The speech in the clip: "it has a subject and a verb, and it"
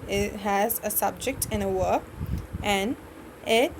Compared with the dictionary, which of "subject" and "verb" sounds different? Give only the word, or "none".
verb